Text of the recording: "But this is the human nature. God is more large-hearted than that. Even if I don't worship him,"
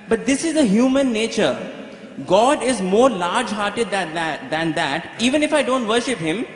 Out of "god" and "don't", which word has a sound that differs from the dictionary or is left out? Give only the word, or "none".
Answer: none